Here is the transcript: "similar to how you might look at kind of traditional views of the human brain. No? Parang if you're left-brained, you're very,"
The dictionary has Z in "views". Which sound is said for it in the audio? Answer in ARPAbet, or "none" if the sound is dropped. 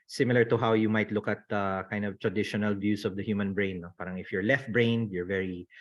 S